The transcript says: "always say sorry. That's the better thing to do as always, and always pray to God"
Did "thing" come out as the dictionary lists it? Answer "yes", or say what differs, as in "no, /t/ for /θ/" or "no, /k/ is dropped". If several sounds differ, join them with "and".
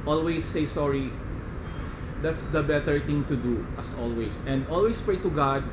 no, /t/ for /θ/